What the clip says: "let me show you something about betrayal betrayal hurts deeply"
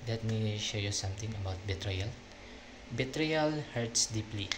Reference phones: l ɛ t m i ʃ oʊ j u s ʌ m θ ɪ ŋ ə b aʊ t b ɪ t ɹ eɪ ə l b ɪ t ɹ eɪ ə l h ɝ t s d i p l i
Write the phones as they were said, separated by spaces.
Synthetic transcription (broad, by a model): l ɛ t m i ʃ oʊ j u s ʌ m t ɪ ŋ ə b aʊ t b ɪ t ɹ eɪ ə l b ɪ t ɹ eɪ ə l h ɝ t s d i p l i